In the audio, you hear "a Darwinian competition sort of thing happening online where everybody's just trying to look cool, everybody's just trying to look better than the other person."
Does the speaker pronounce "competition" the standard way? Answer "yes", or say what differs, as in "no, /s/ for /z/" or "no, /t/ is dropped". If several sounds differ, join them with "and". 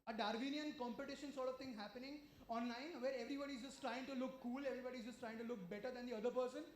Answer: yes